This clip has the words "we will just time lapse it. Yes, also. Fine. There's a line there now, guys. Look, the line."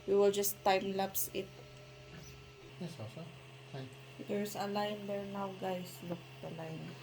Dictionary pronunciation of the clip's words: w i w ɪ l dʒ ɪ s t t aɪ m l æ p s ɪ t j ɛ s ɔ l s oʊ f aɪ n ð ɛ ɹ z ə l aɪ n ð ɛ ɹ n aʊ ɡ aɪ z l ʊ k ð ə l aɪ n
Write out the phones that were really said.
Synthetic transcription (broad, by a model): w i w ɪ l dʒ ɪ s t t aɪ m l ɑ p s ɪ t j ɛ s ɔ s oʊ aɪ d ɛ ɹ s ə l aɪ n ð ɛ ɹ n aʊ ɡ aɪ s l ʊ k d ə l aɪ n